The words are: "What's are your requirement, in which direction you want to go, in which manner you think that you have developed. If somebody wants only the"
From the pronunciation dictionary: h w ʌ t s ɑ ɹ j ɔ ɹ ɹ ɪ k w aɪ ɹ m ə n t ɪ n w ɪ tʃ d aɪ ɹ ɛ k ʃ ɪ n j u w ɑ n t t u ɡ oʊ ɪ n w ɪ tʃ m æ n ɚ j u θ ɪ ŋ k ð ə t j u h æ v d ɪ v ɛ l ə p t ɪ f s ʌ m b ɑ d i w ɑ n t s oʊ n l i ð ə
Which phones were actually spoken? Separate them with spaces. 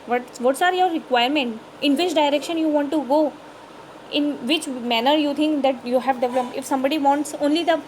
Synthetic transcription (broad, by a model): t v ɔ t s ɑ ɹ j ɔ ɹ ɹ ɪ k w aɪ ɹ m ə n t ɪ n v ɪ tʃ d aɪ ɹ ɛ k ʃ ɪ n j u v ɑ n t t u ɡ oʊ ɪ n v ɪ tʃ m æ n ɚ j u t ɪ ŋ k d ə t j u h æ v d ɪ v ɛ l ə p ɪ f s ʌ m b ɑ d i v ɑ n t s oʊ n l i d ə